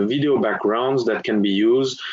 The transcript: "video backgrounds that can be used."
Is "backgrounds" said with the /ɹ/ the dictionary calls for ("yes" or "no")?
yes